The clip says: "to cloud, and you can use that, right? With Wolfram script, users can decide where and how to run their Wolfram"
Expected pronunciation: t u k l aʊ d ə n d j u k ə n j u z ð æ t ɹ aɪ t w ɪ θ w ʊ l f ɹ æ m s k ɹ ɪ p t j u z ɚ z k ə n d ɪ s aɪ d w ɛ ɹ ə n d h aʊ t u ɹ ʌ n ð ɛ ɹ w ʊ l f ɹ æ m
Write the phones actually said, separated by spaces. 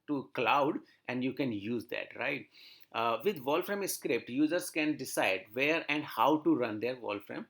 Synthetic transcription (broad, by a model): t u k l aʊ d ə n d j u k ə n j u z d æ t ɹ aɪ t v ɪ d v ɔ l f ɹ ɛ m s k ɹ ɪ p t j u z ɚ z k ə n d ɪ s aɪ d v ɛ ɹ ə n d h aʊ t u ɹ ʌ n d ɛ ɹ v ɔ l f ɹ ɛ m